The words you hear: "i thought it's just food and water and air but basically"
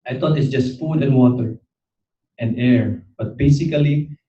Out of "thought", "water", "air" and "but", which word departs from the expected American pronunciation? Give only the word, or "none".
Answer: thought